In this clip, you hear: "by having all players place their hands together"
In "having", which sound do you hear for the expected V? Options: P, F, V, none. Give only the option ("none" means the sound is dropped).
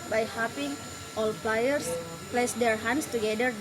P